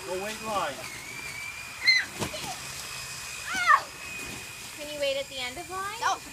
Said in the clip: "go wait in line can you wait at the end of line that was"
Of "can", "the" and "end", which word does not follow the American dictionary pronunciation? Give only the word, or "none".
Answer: none